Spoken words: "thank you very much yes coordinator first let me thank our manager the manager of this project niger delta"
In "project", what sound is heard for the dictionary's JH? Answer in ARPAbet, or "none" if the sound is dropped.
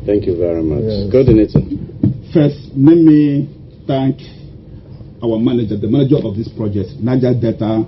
JH